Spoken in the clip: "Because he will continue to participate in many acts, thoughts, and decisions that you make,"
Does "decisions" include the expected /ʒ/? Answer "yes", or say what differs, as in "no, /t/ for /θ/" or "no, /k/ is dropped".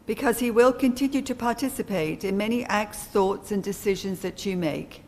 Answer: yes